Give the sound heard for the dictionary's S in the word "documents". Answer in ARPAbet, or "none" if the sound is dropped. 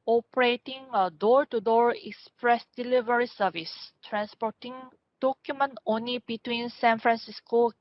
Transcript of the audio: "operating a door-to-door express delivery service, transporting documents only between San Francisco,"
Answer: none